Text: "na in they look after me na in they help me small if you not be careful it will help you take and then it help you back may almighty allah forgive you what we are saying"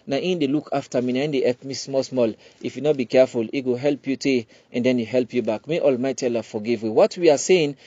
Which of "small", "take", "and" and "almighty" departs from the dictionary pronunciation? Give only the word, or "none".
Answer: take